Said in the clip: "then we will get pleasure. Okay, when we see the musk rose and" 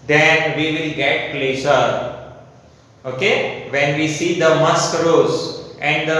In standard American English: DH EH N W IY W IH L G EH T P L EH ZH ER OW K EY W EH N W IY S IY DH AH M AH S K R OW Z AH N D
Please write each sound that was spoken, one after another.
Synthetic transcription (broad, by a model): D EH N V IY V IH L G EH T P L EH S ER OW K EY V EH N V IY S IY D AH M AH S K R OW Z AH N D